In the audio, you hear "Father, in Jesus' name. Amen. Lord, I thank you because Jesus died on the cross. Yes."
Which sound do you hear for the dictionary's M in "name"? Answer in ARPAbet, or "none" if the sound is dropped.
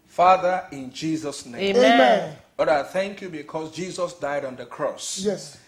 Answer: none